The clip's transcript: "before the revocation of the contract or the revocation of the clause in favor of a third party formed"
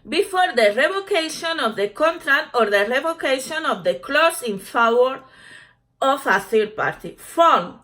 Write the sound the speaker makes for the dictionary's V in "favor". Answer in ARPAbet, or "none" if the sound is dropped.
W